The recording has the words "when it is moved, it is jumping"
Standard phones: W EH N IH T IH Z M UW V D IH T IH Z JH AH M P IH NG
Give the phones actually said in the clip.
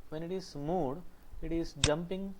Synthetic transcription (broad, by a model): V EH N IH T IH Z M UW D IH T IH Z JH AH M P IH NG